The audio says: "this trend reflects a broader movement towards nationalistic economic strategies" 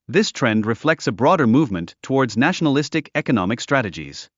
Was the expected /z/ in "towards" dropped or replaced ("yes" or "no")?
no